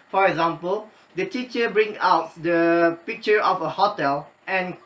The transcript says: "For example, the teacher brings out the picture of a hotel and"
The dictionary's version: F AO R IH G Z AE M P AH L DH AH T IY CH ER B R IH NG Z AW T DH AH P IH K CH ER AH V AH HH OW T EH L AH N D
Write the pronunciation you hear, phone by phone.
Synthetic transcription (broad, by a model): F AO R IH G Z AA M P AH L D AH T IY CH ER B R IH NG AW T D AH P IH K CH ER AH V AH HH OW T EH L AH N